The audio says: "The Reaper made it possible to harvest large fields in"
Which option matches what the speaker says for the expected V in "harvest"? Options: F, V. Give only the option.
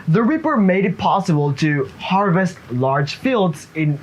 V